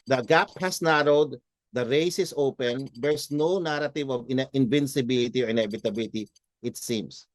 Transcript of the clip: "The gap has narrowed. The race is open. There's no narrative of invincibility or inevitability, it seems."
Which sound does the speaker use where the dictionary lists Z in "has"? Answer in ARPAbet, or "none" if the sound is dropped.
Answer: S